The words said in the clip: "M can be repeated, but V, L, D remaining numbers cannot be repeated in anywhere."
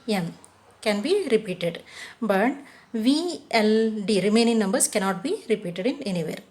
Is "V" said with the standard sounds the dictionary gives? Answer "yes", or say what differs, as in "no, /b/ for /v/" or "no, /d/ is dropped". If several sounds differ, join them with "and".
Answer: yes